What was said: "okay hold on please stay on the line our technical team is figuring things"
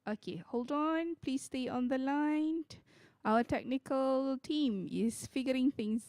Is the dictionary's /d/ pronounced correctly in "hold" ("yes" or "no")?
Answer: yes